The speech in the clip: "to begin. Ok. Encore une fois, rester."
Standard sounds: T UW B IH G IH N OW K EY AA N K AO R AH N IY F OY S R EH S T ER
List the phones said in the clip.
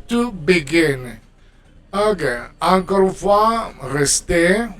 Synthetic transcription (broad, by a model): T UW B IH G IH N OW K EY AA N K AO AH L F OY R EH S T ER